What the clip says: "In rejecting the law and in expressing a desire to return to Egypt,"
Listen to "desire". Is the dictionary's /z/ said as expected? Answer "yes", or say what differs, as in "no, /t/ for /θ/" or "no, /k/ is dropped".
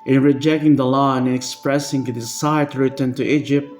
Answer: no, /s/ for /z/